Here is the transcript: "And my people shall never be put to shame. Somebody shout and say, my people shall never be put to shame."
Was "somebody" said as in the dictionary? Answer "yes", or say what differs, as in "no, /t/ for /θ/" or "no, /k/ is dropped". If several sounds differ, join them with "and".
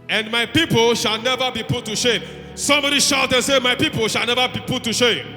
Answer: no, /b/ is dropped